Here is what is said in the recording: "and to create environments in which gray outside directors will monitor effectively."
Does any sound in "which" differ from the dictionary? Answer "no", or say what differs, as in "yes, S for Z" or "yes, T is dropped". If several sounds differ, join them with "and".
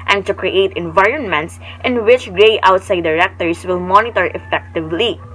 no